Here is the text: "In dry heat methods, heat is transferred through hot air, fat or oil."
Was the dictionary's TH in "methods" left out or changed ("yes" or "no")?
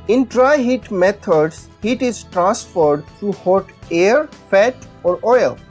yes